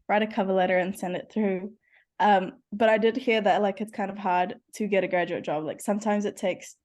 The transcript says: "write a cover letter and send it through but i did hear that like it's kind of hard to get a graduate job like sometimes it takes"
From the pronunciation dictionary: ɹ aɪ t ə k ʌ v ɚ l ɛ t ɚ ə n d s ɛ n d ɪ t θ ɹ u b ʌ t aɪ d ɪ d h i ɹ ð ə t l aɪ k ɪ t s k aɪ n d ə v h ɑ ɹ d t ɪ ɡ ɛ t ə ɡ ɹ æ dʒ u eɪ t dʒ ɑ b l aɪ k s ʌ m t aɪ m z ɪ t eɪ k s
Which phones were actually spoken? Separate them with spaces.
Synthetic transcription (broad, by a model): ɹ aɪ t ə k ʌ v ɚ l ɛ t ɚ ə n s ɛ n d ɪ t θ ɹ u b ʌ t aɪ d ɪ d h i ɹ ð ə t l aɪ k ɪ t s k aɪ n d ə v h ɑ ɹ d t ɪ ɡ ɛ t ə ɡ ɹ æ dʒ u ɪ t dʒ ɑ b l aɪ k s ʌ m t aɪ m z ɪ t eɪ k s